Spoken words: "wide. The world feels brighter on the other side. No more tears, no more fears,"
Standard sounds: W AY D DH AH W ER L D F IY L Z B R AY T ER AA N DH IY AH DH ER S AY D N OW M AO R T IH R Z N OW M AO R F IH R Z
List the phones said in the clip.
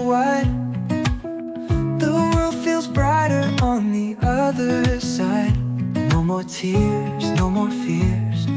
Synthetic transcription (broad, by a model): W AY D DH AH W ER L D F IY L Z B R AY T ER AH N DH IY AH DH ER S AY D N OW M AO R T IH R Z N OW M AO R F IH R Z